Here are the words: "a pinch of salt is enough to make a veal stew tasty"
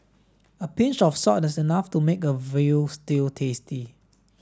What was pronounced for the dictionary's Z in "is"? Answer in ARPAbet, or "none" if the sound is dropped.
S